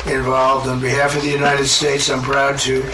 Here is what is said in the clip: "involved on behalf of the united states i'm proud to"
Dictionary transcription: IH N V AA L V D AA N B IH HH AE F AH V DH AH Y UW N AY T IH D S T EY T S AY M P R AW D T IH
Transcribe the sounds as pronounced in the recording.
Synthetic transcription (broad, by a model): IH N V AA L V D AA N B IH HH AE F AH V DH AH Y UW N AY T IH D S T EY T S AY M P R AW D T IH